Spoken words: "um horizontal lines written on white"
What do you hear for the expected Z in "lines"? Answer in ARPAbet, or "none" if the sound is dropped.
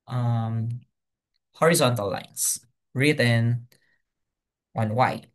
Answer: S